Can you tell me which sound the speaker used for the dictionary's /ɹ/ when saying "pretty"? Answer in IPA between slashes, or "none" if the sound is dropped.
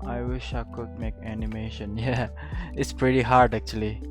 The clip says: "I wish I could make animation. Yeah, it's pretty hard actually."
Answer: /ɹ/